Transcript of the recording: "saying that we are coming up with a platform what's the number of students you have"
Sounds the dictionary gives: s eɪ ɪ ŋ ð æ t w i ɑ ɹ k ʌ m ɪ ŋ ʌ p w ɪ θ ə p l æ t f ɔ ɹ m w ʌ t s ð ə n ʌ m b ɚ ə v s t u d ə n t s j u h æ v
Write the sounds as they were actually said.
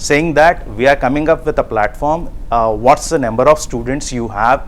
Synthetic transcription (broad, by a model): s eɪ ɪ ŋ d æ t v i ɑ ɹ k ʌ m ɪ ŋ ʌ p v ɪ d ə p l æ t f ɔ ɹ m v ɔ t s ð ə n ʌ m b ɚ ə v s t u d ə n t s j u h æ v